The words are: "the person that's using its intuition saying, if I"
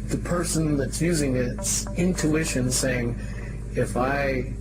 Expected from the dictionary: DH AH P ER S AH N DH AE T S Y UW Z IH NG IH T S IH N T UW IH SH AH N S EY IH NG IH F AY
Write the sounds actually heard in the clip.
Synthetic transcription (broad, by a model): DH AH P ER S AH N DH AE T S Y UW Z IH NG IH T S IH N T UW IH SH AH N S EY IH NG IH F AY